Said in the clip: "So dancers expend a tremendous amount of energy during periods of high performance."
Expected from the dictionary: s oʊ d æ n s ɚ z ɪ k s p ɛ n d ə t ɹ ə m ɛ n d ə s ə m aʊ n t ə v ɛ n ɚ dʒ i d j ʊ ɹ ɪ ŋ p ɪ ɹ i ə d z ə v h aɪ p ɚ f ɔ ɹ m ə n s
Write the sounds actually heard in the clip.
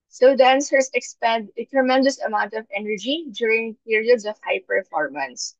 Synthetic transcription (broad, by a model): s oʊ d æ n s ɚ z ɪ k s p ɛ n d ə t ɹ ə m ɛ n d ə s ə m aʊ n t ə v ɛ n ɚ dʒ i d j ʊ ɹ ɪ ŋ p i ɹ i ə d s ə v h aɪ p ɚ f ɔ ɹ m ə n s